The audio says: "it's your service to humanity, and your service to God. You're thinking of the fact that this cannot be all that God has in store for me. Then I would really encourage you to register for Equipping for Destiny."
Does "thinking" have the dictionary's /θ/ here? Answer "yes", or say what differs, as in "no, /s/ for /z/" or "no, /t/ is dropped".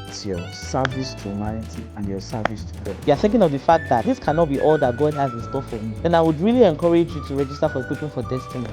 yes